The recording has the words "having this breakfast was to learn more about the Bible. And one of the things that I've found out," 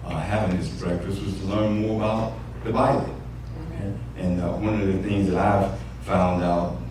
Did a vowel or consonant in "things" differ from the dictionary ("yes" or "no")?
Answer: no